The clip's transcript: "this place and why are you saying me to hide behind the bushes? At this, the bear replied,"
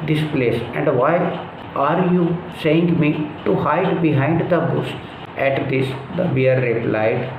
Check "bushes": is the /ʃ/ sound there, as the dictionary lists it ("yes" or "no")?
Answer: no